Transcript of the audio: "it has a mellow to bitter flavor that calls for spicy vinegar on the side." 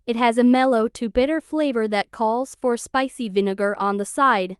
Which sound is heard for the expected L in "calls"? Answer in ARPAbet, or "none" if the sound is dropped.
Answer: L